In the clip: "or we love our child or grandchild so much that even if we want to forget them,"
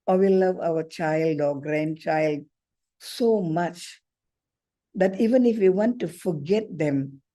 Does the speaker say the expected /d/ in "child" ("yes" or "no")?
yes